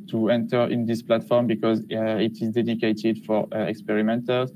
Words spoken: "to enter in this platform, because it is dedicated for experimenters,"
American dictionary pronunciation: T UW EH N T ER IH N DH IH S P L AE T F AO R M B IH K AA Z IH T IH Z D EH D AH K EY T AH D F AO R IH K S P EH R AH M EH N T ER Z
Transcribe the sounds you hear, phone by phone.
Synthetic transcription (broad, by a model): T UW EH N T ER IH N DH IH S P L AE T F AO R M B IH K AA Z IH T IH Z D EH D AH K EY T AH D F AO R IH K S P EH R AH M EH N T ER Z